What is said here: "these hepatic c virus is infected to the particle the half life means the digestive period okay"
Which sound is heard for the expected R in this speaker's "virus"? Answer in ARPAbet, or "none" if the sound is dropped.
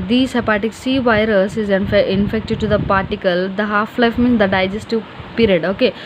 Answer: R